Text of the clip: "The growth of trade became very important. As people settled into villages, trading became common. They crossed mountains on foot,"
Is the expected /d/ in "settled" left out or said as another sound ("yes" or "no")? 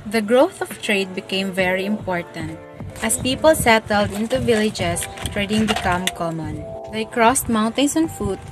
no